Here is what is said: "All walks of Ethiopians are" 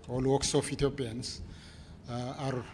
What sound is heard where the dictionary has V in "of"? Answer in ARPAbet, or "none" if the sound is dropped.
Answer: F